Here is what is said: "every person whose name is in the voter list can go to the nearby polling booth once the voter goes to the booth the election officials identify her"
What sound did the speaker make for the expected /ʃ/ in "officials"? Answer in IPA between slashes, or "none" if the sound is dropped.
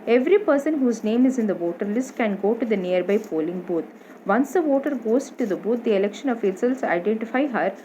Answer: /s/